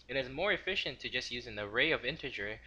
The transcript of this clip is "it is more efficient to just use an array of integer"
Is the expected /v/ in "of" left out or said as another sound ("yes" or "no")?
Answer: no